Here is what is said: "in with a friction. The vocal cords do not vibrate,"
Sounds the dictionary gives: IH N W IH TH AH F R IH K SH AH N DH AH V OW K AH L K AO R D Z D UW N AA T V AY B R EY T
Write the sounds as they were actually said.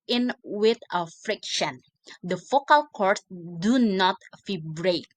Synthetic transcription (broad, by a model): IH N W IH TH AH F R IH K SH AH N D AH F OW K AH L K AO R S D UW N AA T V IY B R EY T